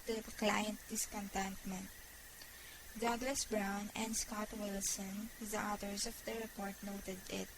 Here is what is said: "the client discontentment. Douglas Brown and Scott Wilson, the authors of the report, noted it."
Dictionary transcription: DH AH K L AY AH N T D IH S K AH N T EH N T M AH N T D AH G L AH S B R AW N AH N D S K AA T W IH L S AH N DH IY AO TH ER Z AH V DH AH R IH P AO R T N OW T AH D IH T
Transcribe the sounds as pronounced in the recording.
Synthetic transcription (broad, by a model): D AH K L AY AH N T D IH S K AH N T EH N T M AH N T D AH G L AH S B R AW N AH N D S K AA T W IH L S AH N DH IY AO T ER S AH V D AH R IH P AO R T N OW T AH D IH T